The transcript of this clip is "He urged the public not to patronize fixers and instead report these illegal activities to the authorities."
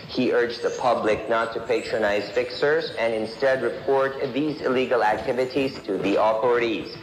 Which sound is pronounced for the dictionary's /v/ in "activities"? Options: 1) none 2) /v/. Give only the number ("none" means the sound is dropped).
2